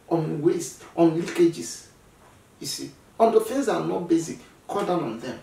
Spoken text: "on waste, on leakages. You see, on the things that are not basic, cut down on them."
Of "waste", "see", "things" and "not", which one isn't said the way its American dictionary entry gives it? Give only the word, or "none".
things